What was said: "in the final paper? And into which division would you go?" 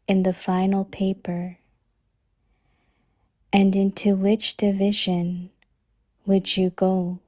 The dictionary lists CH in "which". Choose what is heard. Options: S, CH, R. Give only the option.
CH